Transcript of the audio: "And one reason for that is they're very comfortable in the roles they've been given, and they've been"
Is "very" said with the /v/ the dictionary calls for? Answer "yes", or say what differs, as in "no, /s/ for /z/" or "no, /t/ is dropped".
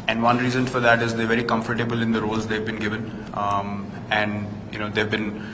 yes